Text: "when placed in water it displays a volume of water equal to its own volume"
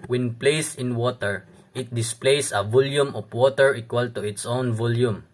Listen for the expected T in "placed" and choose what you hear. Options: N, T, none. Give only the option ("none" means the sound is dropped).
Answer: none